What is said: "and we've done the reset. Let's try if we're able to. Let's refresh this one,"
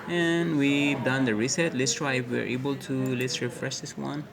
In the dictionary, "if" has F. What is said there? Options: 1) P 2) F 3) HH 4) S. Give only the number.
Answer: 1